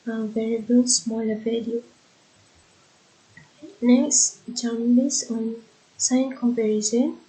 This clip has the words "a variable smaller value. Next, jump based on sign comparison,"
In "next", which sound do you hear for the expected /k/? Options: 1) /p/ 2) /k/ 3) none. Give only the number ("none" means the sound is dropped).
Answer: 2